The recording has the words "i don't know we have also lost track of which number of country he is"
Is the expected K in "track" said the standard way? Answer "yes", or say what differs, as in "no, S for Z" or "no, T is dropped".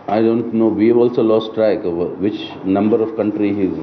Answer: no, K is dropped